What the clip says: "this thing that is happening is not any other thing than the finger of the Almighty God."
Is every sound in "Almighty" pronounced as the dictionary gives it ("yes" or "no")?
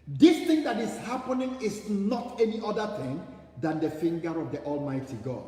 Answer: yes